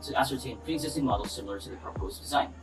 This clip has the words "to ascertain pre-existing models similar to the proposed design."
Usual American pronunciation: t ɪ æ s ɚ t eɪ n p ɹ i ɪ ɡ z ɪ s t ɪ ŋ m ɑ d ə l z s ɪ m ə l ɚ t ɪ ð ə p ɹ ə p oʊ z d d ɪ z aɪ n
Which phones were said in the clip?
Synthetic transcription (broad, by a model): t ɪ æ s ɚ t eɪ n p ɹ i ɪ ɡ z ɪ s t ɪ ŋ m ɑ d l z s ɪ m l ɚ t ɪ ð ə p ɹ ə p oʊ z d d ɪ z aɪ n